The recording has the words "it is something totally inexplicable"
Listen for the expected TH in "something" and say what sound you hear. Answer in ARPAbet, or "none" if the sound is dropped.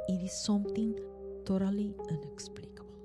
T